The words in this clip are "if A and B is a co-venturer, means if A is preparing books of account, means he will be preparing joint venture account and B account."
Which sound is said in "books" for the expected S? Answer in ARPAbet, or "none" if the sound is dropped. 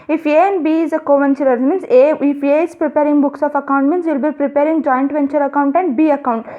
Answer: S